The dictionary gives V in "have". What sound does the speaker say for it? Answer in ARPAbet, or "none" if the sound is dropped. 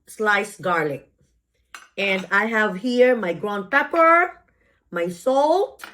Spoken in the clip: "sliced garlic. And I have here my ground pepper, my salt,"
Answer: V